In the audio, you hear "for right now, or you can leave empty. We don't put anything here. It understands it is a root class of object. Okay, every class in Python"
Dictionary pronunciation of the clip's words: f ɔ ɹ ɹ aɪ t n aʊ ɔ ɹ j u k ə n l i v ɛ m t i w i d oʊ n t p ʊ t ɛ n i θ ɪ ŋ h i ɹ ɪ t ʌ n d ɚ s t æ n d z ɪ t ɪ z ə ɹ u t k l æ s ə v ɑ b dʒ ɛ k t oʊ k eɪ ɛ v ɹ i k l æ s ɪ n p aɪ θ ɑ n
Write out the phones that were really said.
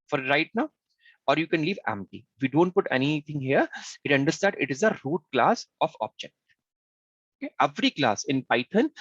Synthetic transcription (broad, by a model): f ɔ ɹ ɹ aɪ t n aʊ ɔ ɹ j u k ə n l i v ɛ m t i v i d oʊ n t p ʊ t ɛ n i t ɪ ŋ h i ɹ ɪ t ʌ n d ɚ s t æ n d ɪ t ɪ z ə ɹ u t k l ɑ s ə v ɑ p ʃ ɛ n oʊ k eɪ ɛ v ɹ i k l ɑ s ɪ n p aɪ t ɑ n